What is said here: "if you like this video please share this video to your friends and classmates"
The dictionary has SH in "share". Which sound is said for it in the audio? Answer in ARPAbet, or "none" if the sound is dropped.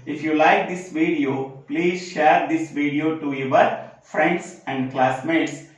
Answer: SH